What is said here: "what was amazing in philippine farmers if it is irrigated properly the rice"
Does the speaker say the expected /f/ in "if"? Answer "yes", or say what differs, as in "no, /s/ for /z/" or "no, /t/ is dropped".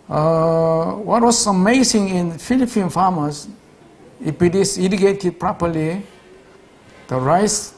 no, /p/ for /f/